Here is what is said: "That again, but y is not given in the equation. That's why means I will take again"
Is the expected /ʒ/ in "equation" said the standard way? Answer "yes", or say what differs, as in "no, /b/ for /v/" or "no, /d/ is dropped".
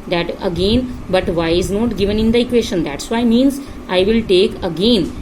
no, /ʃ/ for /ʒ/